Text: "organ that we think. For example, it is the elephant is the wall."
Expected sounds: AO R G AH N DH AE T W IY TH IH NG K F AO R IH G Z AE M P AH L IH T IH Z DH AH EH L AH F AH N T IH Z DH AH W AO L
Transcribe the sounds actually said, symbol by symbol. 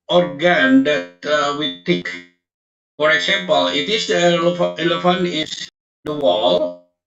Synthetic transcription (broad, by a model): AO R G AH N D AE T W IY T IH K F AO R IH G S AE M P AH L IH T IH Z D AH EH L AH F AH N IH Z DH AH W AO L